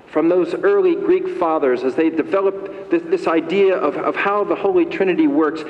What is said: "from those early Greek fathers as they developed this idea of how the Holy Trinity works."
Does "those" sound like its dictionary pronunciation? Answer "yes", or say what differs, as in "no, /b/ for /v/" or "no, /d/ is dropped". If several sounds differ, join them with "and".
yes